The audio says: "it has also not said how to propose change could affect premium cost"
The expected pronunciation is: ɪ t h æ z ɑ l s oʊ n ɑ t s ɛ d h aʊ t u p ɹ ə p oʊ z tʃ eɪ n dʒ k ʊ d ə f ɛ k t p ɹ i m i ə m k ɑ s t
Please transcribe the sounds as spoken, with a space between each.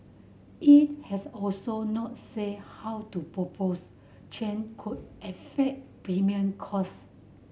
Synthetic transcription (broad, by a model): ɪ t h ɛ s ɑ l s oʊ n ɑ t s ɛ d h aʊ t u p ɹ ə p oʊ s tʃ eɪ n k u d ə f ɛ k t p ɹ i m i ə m k ɑ s